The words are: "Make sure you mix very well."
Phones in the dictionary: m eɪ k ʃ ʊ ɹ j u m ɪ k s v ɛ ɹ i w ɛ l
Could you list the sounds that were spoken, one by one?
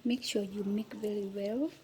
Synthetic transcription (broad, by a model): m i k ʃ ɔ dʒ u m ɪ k v ɛ ɹ i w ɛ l